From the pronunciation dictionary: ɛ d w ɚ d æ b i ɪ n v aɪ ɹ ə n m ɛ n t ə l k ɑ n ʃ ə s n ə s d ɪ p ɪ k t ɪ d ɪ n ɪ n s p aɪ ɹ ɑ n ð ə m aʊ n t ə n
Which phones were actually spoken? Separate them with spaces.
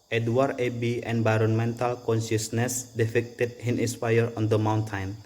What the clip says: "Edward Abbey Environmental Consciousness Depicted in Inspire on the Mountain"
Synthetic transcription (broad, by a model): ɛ d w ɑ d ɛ b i ɪ n v aɪ ɹ ə n m ɛ n t ə l k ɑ n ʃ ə s n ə s d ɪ f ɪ k t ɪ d ɪ n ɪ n s p aɪ ɹ ɑ n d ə m aʊ n t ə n